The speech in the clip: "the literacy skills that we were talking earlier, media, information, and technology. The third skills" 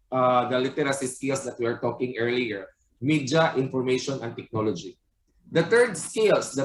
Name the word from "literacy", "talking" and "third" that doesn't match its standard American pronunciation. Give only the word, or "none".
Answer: third